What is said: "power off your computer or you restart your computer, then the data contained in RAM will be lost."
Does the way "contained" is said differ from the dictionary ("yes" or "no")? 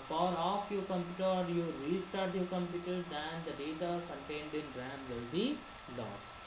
no